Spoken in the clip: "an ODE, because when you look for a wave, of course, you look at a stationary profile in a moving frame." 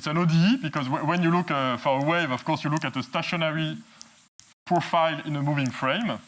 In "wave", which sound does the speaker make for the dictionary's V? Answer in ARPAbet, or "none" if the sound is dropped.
V